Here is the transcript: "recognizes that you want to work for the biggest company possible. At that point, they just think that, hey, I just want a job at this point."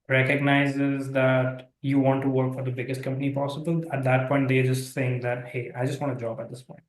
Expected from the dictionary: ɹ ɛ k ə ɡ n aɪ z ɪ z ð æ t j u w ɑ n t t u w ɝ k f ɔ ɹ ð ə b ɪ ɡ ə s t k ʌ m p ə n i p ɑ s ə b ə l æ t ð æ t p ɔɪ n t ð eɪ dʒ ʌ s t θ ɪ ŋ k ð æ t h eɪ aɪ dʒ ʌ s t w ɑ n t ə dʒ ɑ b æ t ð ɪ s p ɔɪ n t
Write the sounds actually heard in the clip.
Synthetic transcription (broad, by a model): ɹ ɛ k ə ɡ n aɪ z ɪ z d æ t j u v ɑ n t t u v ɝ k f ɔ ɹ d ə b ɪ ɡ ə s t k ʌ m p ə n i p ɑ s ə b ə l æ t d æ t p ɔɪ n t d eɪ dʒ ʌ s t s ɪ ŋ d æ t h eɪ aɪ dʒ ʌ s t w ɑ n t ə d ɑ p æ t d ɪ s p ɔɪ n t